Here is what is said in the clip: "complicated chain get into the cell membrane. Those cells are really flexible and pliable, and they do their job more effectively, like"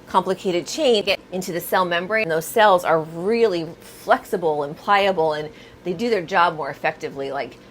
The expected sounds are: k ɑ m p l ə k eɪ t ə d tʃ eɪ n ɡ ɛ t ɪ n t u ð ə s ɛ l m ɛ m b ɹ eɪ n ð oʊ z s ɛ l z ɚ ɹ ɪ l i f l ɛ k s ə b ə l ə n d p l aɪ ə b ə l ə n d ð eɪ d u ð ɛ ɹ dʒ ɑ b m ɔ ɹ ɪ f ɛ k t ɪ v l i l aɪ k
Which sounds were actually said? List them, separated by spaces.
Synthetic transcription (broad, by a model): k ɑ m p l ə k eɪ t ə d tʃ eɪ n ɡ ɛ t ɪ n t u ð ə s ɛ l m ɛ m b ɹ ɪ n ð oʊ z s ɛ l z ɚ ɹ ɪ l i f l ɛ k s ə b l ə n p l aɪ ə b l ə n ð eɪ d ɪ ð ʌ ɹ dʒ ɑ b m ɔ ɹ ɪ f ɛ k t ɪ v l i l aɪ k